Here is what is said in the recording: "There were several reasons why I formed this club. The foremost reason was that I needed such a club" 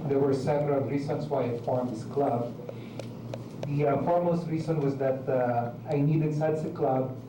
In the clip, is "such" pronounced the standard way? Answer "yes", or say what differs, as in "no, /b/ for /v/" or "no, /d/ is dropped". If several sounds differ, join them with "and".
no, /s/ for /tʃ/